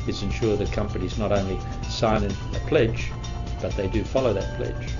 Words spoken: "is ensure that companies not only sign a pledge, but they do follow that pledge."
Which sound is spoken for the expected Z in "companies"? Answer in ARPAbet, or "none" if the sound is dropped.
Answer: Z